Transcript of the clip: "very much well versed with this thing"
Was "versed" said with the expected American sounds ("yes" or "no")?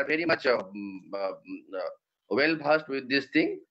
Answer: no